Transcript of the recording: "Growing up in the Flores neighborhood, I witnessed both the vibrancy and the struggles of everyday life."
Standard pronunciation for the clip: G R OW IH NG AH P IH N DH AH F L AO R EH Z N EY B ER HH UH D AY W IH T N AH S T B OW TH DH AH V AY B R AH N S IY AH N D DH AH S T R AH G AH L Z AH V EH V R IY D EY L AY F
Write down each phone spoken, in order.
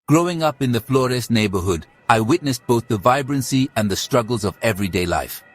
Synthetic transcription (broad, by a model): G R OW IH NG AH P IH N DH AH F L AO R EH S N EY B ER HH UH D AY W IH T N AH S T B OW TH DH AH V AY B R AH N S IY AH N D DH AH S T R AH G AH L Z AH V EH V R IY D EY L AY F